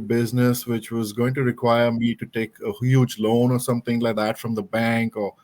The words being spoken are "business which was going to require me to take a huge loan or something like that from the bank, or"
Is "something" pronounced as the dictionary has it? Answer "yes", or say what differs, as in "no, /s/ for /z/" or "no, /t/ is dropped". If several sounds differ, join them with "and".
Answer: no, /t/ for /θ/